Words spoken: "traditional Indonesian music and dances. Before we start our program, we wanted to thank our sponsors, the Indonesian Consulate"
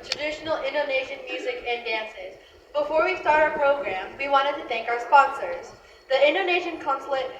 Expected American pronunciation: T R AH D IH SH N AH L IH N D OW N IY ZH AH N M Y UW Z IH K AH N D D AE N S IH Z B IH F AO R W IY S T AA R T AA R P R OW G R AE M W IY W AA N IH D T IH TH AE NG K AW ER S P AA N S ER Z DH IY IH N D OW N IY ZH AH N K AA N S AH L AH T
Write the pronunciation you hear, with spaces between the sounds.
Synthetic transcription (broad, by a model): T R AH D IH SH N L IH N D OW N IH SH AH N M Y UW Z IH K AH N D D AE N S IH Z B IH F AO R W IY S T AA R T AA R P R OW G R AE M W IY W AA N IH D T IH TH AE NG K AW ER S P AA N S ER Z DH IY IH N D OW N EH SH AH N K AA N S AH L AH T